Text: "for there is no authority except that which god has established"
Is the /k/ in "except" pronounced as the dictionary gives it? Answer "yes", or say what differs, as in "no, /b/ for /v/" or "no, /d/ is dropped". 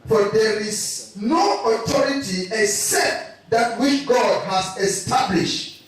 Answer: yes